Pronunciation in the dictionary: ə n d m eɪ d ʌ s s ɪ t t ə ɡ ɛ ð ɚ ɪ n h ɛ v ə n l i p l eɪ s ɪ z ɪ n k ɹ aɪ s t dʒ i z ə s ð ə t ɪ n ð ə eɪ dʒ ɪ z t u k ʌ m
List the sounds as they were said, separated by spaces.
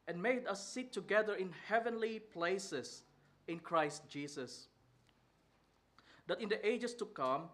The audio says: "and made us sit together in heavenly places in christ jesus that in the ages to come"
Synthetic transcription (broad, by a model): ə n m eɪ d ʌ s s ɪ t t ə ɡ ɛ ð ɚ ɪ n h ɛ v ə n l i p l eɪ s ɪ s ɪ n k ɹ aɪ s t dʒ i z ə s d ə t ɪ n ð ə eɪ dʒ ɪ s t u k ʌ m